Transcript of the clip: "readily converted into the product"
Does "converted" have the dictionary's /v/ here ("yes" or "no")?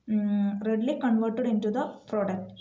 yes